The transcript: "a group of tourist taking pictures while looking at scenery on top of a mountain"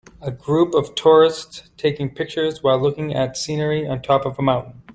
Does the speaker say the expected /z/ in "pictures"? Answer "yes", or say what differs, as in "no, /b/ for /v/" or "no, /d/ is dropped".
yes